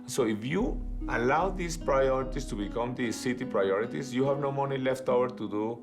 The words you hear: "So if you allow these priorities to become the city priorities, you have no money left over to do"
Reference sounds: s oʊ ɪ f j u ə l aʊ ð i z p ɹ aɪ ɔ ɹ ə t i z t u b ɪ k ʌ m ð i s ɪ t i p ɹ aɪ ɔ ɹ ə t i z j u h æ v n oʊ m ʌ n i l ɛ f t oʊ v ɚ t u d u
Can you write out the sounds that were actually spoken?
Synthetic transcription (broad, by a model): s oʊ ɪ f j u ə l aʊ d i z p ɹ aɪ ɔ ɹ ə t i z t u b ɪ k ʌ m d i s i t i p ɹ aɪ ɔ ɹ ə t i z j u h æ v n oʊ m ʌ n i l ɛ f t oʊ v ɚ t u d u